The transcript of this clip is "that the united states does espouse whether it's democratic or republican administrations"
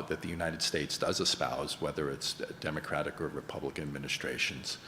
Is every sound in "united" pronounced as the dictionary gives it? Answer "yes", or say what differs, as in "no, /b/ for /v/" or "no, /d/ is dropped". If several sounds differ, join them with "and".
yes